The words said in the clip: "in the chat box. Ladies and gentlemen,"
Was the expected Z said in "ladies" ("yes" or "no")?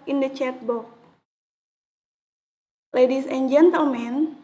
no